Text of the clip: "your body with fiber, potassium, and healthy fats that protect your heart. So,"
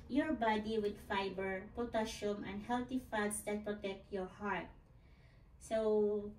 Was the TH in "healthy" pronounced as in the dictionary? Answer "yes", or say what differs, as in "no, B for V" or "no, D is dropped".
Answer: no, T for TH